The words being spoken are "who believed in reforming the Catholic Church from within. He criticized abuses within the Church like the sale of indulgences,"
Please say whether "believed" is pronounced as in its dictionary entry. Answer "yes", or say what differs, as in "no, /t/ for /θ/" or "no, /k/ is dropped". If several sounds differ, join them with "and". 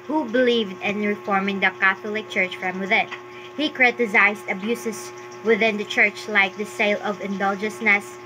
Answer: yes